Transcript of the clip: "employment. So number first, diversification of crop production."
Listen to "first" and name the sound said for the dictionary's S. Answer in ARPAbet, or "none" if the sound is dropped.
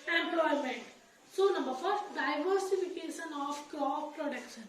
none